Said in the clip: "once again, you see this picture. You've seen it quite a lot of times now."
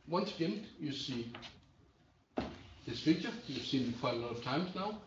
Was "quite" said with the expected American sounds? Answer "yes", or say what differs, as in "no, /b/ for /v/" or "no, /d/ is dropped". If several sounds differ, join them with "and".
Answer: no, /t/ is dropped